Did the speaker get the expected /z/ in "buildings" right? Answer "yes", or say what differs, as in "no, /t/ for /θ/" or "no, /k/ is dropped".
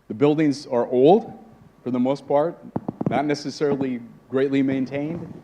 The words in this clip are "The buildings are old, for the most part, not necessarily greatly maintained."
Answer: yes